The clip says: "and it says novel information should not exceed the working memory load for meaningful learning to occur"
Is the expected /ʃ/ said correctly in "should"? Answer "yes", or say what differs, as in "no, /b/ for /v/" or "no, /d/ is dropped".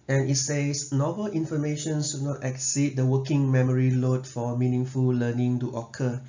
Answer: no, /s/ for /ʃ/